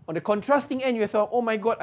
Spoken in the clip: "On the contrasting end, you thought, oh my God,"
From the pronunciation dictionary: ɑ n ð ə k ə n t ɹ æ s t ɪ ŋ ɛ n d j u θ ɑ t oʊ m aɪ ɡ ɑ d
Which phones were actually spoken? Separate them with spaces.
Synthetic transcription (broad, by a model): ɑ n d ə k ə n t ɹ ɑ s t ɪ ŋ ɛ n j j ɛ s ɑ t oʊ m aɪ ɡ ɑ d